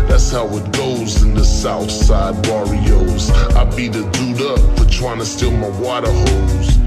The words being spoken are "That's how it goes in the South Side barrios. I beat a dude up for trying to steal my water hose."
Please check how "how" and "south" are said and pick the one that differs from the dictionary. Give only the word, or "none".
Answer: none